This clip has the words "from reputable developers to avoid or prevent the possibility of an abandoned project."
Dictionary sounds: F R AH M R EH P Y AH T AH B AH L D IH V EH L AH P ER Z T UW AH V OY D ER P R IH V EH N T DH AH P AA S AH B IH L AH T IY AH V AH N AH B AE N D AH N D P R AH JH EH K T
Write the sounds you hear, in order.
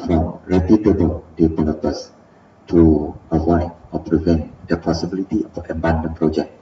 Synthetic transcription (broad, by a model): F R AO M R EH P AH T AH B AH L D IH P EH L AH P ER S T UW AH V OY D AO P R IH V EH N T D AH P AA S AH B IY L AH T IY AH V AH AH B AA N D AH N P R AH JH EH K